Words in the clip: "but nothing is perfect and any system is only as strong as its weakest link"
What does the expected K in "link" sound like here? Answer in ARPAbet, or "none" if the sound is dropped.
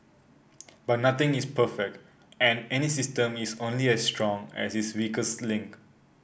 K